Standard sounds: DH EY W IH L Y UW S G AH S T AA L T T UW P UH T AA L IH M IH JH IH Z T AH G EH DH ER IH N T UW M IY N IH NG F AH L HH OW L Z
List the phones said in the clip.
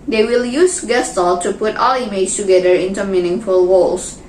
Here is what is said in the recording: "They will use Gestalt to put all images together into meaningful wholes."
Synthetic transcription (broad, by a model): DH EY W IH L Y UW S G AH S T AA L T T UW P UH T AA L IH IH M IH S T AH G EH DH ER IH N T UW M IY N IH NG F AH L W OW L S